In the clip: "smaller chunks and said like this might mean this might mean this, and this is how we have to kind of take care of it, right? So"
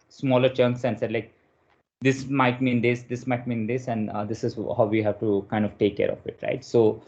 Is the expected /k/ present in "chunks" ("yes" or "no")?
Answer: yes